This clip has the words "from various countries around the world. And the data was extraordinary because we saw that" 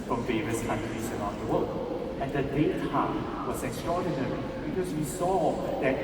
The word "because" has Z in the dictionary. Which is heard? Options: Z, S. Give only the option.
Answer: S